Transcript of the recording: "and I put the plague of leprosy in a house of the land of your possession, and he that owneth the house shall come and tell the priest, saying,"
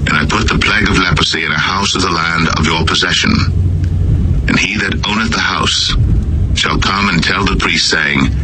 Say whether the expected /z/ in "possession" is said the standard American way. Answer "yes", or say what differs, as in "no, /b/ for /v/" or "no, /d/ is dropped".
yes